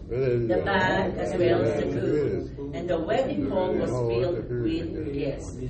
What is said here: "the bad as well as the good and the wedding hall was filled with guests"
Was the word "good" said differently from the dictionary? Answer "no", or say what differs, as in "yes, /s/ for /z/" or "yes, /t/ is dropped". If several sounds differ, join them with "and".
yes, /d/ is dropped